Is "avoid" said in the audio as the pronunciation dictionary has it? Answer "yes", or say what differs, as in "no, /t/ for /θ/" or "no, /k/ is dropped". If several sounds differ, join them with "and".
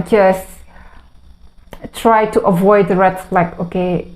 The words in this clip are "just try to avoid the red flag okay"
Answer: yes